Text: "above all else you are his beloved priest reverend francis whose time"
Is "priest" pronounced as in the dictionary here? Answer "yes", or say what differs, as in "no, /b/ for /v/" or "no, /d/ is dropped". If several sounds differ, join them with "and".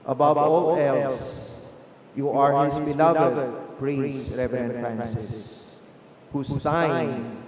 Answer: no, /b/ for /p/